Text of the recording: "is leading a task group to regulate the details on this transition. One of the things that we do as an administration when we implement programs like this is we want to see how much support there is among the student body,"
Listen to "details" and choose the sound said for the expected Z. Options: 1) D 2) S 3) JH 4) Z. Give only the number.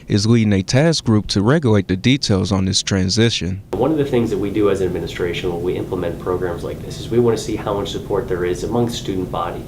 4